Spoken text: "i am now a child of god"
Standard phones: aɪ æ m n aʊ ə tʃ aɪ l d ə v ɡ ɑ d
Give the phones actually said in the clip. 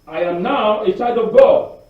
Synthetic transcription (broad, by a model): aɪ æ m n aʊ ə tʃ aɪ d ə v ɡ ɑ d